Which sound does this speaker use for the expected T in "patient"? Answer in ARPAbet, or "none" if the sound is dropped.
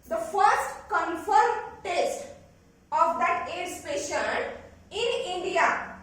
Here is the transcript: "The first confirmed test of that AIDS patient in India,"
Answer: none